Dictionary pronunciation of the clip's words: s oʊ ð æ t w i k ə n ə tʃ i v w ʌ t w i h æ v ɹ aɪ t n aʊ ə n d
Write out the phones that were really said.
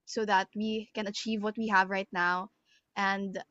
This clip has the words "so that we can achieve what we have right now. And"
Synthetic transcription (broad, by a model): s oʊ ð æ t w i k ə n ə tʃ i v w ʌ t w i h æ v ɹ aɪ t n aʊ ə n d